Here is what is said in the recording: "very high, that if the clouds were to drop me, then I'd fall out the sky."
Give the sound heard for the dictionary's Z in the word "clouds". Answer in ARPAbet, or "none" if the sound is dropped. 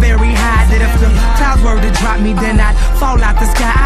none